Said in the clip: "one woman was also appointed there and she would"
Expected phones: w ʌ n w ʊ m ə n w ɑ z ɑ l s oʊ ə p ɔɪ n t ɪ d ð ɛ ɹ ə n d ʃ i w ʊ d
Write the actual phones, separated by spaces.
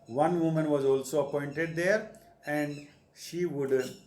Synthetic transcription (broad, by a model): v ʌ n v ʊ m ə n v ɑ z ɑ l s oʊ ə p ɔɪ n t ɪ d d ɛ ɹ ə n d ʃ i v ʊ d